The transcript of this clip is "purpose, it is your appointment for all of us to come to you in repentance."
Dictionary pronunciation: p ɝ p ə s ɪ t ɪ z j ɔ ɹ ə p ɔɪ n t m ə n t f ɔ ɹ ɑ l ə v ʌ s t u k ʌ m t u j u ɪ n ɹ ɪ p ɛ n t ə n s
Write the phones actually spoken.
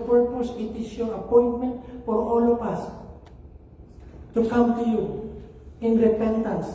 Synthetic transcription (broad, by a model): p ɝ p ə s ɪ t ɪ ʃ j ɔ ə p ɔɪ n t m ə n t f ɔ ɹ ɑ l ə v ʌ s t u k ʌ m t u j u ɪ n ɹ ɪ p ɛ n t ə n s